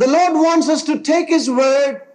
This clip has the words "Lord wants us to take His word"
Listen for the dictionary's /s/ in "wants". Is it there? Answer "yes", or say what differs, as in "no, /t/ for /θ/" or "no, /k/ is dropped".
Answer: yes